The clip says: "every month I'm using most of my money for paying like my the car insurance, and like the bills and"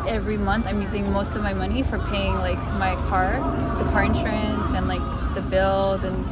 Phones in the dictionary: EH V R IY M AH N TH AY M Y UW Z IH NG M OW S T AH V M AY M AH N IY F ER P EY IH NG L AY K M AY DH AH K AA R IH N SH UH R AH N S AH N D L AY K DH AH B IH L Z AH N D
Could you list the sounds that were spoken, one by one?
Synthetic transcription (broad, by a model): EH V R IY M AH N TH AY M Y UW Z IH NG M OW S T AH V M AY M AH N IY F ER P EY IH NG L AY K M AY DH AH K AA R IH N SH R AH N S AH N L AY K DH AH B IH L Z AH N